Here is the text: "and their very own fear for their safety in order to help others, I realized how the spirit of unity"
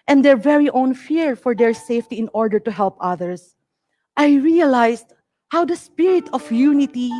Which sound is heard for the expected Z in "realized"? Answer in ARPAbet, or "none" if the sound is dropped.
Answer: S